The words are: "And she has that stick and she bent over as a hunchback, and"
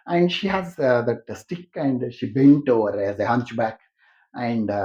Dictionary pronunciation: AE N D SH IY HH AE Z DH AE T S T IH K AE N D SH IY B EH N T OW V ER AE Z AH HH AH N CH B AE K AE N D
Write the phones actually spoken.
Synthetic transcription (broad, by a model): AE N D SH IY HH AE Z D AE T S T IH K AE N D SH IY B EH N T OW V ER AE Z AH HH AH N CH B AE K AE N D